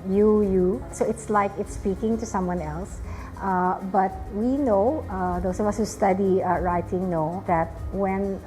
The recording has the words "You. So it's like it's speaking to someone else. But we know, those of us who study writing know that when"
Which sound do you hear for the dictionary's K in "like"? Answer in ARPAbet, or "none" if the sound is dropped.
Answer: K